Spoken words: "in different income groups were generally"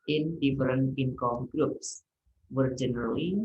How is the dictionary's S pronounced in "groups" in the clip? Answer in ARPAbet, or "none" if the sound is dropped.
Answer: S